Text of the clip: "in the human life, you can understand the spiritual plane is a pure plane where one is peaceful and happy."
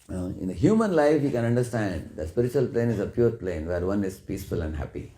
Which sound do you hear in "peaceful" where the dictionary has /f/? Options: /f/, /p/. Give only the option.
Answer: /f/